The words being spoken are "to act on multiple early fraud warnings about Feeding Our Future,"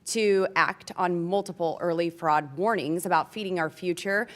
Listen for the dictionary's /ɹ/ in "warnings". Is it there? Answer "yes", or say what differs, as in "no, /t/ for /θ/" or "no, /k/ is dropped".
yes